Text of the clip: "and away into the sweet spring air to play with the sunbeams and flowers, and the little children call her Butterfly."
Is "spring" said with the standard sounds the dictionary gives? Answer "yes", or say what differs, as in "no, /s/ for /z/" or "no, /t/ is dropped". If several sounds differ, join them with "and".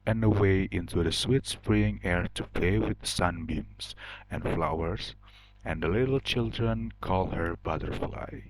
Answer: no, /f/ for /p/